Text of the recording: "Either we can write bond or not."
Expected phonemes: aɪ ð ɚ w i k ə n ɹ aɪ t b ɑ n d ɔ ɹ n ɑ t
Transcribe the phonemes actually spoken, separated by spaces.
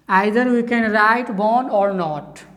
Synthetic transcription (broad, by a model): aɪ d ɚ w i k ə n ɹ aɪ t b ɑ n ɔ ɹ n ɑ t